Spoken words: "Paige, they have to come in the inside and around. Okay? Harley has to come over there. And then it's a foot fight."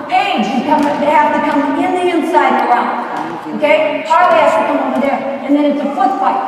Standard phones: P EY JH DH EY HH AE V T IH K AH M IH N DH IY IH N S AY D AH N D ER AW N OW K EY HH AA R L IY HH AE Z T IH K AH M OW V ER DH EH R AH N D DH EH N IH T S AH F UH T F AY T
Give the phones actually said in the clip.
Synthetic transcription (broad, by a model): EY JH DH EY HH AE F T IH K AH M IH N DH IY IH N S AY D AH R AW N OW K EY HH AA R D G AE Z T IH K AH M OW V ER DH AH R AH N DH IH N IH T S AH F UH T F AY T